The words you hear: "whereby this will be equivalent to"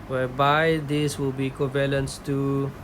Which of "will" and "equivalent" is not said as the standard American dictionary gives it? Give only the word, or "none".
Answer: equivalent